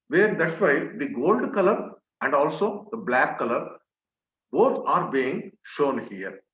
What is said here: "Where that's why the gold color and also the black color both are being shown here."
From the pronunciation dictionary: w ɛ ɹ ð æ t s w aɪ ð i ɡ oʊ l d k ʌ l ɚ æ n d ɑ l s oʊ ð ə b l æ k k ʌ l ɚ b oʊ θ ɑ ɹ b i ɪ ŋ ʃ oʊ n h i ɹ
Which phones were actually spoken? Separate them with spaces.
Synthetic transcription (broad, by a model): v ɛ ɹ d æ t s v aɪ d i ɡ oʊ l d k ʌ l ɚ æ n d ɑ l s oʊ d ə b l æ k k ʌ l ɚ b oʊ t ɑ ɹ b i ɪ ŋ ʃ oʊ n h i ɹ